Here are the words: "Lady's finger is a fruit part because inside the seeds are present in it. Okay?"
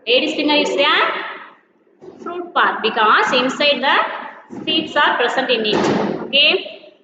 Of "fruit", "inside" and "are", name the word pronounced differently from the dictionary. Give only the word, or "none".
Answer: none